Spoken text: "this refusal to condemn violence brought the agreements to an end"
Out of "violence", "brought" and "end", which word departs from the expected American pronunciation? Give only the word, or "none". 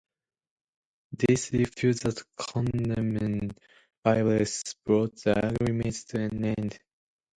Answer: violence